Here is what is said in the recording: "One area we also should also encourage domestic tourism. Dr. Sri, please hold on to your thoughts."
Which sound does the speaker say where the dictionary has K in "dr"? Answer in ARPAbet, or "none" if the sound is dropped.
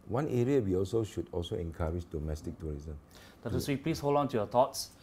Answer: none